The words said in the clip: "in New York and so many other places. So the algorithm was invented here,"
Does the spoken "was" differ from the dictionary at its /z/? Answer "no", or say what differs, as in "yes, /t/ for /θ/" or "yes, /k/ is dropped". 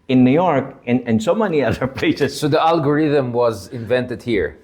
no